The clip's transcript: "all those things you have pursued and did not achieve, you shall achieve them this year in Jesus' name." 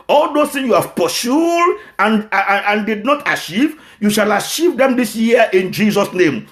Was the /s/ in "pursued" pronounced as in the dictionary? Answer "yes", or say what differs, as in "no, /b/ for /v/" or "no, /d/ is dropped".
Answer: no, /ʃ/ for /s/